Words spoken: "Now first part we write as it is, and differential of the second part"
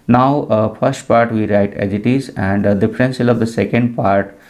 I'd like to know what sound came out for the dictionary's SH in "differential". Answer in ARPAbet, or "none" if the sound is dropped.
S